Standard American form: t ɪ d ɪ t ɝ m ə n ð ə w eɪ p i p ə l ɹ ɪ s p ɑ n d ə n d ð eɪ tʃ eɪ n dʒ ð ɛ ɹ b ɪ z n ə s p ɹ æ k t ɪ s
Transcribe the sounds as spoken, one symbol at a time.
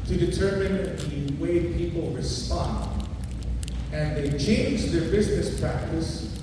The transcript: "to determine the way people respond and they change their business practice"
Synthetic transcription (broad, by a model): t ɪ d ɪ t ɝ m ə n ð ə w eɪ p i p l ɹ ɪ s p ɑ n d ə n ð eɪ tʃ eɪ n dʒ ð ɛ ɹ b ɪ z n ə s p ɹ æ k t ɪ s